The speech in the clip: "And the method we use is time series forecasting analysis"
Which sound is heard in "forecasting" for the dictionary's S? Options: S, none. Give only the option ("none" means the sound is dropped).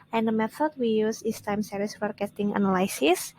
none